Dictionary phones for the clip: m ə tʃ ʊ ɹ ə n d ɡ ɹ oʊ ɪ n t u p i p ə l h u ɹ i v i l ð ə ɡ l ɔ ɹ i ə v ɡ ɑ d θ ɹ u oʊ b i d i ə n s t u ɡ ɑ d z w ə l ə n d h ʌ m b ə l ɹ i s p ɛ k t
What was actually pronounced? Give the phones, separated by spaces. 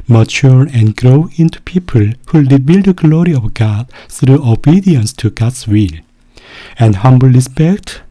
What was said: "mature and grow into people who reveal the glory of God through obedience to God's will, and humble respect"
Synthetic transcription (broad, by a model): m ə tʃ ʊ ɹ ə n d ɡ ɹ oʊ ɪ n t u p i p ə l h u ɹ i b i l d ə ɡ l ɔ ɹ i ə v ɡ ɑ d θ ɹ u oʊ b i d i ə n s t u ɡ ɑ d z w ə l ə n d h ʌ m b ə l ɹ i s p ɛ k t